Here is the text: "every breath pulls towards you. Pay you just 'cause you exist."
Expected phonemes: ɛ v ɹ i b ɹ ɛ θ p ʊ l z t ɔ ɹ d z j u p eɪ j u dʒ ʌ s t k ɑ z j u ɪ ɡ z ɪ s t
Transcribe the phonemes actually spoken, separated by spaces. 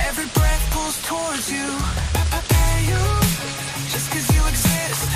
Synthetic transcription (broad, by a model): ɛ v ɹ i b ɹ ɛ θ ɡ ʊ z t ɔ ɹ d z j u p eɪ j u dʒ ʌ s k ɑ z j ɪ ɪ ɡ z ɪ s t